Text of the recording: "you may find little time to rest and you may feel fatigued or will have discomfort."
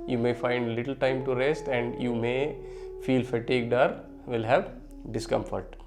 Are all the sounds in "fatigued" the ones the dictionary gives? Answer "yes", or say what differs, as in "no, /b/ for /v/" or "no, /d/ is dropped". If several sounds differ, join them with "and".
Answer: yes